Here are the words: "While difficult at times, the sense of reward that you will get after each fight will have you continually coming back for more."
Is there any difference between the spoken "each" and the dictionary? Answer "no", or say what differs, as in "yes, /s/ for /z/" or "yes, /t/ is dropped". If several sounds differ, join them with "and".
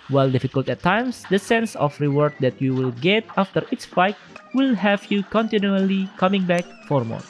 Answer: yes, /s/ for /tʃ/